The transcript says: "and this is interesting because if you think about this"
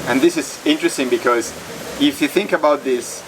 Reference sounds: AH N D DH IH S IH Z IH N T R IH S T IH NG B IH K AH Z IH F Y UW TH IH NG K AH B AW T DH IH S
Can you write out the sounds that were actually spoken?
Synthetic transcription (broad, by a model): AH N DH IH S IH Z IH N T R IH S T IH NG B IH K AH Z IH F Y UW TH IH NG K AH B AW T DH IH S